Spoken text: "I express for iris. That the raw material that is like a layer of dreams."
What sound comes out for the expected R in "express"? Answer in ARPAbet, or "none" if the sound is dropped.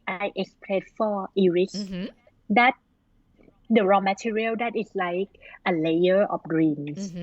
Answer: L